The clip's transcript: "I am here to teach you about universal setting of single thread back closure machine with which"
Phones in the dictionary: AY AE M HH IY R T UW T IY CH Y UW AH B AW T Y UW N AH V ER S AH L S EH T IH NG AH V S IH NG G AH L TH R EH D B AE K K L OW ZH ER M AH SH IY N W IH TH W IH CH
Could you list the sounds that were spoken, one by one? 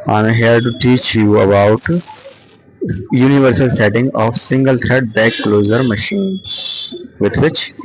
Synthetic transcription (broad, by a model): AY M HH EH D T UW T IY CH Y UW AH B AW T Y UW N AH V ER S AH L S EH T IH NG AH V S IH NG G AH L T R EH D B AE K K L OW Z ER M AH SH IY N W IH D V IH CH